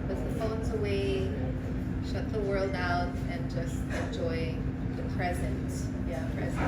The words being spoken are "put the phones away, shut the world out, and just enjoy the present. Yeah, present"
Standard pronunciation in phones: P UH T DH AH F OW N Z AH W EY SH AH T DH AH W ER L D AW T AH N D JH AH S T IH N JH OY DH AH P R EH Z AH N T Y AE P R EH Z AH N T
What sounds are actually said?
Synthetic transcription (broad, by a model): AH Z DH AH F OW N Z AH W EY SH AH T DH AH W ER L D AW T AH N JH AH S T IH N JH OY DH AH P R EH Z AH N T Y AE P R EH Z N